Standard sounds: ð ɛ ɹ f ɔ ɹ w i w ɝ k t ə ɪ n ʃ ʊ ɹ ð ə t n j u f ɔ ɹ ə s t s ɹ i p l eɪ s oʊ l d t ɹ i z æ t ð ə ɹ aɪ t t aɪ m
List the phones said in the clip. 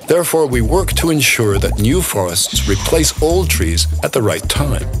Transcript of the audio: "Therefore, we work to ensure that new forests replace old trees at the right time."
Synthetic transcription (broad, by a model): ð ɛ ɹ f ɔ ɹ w i w ɝ k t ə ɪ n ʃ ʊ ɹ ð ə t n j u f ɔ ɹ ə s t s ɹ i p l eɪ s oʊ l d t ɹ i z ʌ t ð ə ɹ aɪ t t aɪ m